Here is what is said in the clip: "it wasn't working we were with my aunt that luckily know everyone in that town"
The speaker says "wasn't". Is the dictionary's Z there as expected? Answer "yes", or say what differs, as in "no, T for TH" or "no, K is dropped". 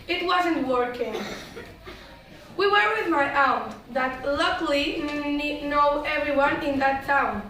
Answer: yes